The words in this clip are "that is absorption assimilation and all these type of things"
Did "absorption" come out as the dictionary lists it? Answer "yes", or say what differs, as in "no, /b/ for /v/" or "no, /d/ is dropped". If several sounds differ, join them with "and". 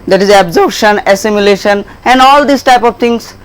no, /p/ is dropped